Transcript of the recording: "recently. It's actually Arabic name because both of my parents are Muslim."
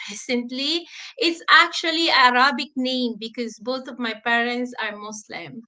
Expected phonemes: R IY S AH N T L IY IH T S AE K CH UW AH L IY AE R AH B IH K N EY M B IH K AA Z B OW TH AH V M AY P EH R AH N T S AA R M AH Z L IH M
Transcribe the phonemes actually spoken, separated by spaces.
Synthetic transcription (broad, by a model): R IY S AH N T L IY IH T S AE K CH UW AH L IY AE R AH B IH K N EY M B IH K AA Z B OW T AH V M AY P EH R AH N T S AA R M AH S L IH M